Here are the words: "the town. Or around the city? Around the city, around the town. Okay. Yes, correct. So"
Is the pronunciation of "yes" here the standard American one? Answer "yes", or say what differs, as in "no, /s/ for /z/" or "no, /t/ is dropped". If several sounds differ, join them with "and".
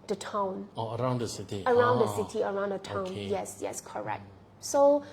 yes